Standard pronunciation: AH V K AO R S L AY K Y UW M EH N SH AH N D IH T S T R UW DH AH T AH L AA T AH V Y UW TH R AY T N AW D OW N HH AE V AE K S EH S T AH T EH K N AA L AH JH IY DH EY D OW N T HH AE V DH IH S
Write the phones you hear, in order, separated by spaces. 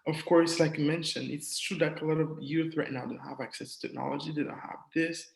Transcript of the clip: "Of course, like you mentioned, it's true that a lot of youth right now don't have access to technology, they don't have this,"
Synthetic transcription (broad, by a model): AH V K AO R S L AY K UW M EH N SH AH N IH T S T R UW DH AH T AH L AA T AH V Y UW TH R AY T N AW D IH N HH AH V AE K S EH S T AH T EH K N AA L AH JH IY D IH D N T HH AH V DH IH S